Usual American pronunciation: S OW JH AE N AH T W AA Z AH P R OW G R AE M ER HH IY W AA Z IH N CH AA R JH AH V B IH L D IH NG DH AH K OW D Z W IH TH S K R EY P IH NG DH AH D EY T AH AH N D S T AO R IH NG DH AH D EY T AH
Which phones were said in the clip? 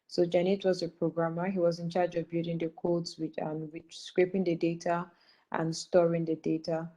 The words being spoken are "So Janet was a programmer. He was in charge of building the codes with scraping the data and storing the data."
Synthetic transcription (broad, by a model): S OW JH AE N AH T W AA Z AH P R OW G R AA M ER HH IY W AA Z IH N CH AA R JH AH V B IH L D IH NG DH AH K OW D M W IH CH S K R EY P IH NG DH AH D EY T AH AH N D S T AO R IH NG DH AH D EY T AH